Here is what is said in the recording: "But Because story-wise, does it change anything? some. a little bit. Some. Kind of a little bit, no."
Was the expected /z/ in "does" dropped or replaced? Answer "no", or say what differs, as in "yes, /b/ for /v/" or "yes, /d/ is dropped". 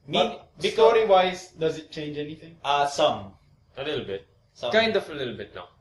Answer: no